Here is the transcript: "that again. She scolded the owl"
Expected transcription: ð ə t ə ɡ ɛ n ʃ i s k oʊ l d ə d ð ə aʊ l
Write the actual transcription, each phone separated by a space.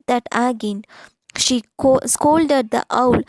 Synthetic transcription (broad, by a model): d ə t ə ɡ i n ʃ i s k oʊ l d ə d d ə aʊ l